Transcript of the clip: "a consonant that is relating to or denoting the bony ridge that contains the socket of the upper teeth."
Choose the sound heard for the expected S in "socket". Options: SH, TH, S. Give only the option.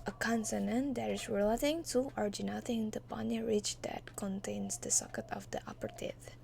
S